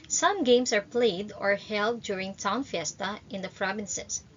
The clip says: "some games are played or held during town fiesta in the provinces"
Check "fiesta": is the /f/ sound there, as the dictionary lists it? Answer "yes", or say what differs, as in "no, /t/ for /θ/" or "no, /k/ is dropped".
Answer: yes